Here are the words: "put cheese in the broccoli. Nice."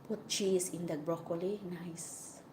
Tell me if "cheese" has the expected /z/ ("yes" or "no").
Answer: no